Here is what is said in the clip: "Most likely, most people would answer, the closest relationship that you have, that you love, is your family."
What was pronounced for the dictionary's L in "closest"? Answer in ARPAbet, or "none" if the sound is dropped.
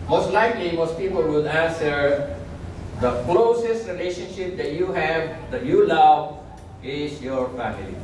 L